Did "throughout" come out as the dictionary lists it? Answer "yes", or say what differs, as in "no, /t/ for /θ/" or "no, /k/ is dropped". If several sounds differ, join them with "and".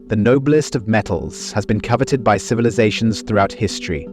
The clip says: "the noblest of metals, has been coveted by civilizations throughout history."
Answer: yes